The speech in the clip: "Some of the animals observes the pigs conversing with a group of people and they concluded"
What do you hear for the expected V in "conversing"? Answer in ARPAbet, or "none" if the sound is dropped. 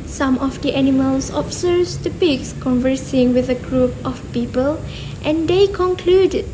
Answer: V